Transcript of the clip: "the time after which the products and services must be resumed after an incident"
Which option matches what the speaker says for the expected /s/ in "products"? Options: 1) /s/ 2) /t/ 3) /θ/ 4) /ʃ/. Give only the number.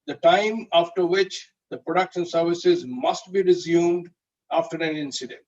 4